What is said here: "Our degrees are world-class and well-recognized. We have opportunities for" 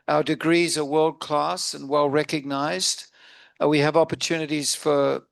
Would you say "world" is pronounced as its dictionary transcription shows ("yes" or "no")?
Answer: yes